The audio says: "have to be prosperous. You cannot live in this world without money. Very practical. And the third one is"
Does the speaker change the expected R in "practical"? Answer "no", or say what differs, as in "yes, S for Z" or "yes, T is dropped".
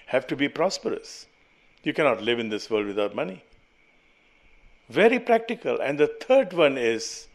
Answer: no